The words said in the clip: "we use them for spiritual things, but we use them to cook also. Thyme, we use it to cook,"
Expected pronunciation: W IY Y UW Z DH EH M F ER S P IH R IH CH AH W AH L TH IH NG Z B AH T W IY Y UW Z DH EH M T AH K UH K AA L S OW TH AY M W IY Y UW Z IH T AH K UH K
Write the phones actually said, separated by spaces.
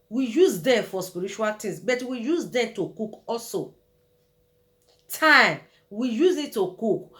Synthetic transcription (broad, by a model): W IY Y UW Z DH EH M F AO S P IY R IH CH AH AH L T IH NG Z B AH T W IY Y UW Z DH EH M T AH K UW K AA L S OW T AY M W IY Y UW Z IH T AH K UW K